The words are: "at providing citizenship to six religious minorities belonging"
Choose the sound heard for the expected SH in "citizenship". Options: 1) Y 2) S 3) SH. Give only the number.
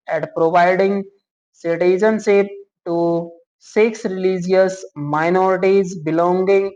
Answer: 2